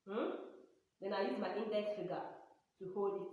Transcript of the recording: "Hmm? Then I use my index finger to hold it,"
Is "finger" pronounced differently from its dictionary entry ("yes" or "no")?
yes